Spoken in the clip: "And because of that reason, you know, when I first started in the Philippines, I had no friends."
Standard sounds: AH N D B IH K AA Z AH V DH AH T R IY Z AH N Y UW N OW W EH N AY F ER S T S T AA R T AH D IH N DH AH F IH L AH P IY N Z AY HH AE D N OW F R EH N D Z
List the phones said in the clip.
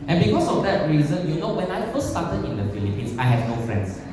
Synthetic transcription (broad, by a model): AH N B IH K AA S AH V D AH T R IY Z AH N Y UW N OW W EH N AY F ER S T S T AA T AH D IH N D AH F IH L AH P IY N S AY HH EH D N OW F R EH N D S